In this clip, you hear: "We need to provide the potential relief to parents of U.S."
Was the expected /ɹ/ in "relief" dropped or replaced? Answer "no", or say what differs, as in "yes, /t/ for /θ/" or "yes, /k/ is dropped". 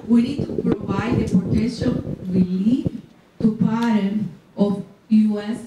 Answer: yes, /w/ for /ɹ/